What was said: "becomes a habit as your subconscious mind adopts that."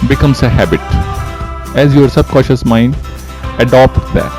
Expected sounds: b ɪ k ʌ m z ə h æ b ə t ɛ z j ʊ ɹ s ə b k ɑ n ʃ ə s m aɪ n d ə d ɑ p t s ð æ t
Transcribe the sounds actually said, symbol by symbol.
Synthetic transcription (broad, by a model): b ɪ k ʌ m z ə h æ b ə t ɛ z j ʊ ɹ s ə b k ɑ ʃ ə s m aɪ n d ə d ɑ p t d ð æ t